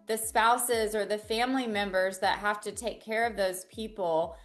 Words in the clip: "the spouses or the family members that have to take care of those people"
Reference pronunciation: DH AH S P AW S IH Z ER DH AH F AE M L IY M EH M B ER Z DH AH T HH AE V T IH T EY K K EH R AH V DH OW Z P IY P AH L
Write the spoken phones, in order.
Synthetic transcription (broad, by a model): DH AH S P AW S IH Z ER DH AH F AE M L IY M EH M B ER Z DH AH T HH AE F T IH T EY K K EH R AH V DH OW Z P IY P L